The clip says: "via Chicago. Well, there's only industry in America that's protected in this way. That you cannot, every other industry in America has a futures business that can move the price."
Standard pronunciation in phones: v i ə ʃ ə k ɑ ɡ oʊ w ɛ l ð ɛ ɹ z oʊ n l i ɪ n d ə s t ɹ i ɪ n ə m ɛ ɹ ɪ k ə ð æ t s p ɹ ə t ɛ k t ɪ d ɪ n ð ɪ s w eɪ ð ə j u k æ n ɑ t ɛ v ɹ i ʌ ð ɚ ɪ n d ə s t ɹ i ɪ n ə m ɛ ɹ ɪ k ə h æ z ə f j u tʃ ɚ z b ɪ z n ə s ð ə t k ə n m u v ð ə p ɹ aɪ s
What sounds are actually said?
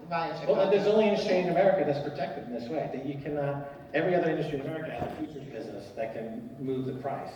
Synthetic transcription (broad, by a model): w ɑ w ɛ l ð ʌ ɹ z oʊ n l i ɪ n d ə s t ɹ i ɪ n ə m ɛ ɹ ɪ k ə ð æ t s p ɹ ə t ɛ k t ɪ d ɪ n ð ɪ s w eɪ ð ə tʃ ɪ k æ n ɑ t ɛ v ɹ i ʌ ð ɚ ɪ n d ə s t ɹ i ɪ n ə m ɛ ɹ ɪ k ə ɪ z ə f j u tʃ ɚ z b ɪ z n ə s ð ə t k ə n m u v ð ə p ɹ aɪ s